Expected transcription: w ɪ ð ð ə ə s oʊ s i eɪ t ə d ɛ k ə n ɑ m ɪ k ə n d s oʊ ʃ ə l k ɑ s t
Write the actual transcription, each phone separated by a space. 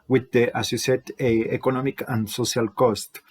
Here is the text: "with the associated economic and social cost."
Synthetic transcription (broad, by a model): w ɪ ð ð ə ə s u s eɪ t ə ɛ k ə n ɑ m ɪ k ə n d s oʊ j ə l k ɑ s t